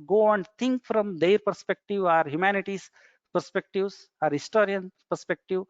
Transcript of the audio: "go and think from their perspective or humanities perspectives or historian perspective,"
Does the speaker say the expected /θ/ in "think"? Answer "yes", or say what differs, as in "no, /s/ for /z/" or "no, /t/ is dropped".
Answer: no, /t/ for /θ/